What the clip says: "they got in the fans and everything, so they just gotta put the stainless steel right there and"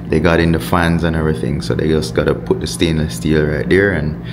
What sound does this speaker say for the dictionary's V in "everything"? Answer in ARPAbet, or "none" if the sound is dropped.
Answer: V